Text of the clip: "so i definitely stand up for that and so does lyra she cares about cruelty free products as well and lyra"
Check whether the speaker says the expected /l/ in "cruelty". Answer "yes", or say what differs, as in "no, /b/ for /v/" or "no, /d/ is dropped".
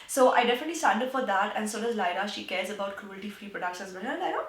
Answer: yes